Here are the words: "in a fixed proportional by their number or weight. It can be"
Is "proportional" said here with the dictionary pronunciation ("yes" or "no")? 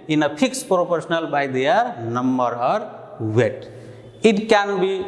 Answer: no